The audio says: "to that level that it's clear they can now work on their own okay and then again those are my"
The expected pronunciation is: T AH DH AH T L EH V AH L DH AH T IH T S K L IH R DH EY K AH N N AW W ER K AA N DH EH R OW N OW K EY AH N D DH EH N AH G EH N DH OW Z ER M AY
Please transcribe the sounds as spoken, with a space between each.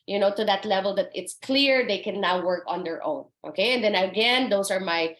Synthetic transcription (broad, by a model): T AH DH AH T L EH V AH L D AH T IH T S K L IH R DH EY K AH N N AW W ER K AA N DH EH R OW N OW K EY AH N D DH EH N AH G EH N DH OW S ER M AY